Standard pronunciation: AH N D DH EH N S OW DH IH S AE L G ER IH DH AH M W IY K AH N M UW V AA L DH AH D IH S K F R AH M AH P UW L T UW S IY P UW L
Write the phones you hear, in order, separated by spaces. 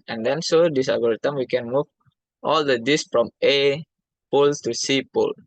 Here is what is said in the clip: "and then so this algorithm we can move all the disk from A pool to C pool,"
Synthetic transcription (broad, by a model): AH N D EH N S OW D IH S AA G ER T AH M W IY K AH N M UW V AA L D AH D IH S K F R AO M AH P UW L T UW S IY P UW L